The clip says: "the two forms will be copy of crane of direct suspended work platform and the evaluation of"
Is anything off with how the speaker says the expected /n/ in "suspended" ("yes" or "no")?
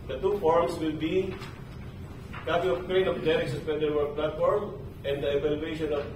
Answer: yes